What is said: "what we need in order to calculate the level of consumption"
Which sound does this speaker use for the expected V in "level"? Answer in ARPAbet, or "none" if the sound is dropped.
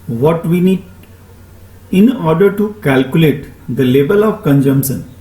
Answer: B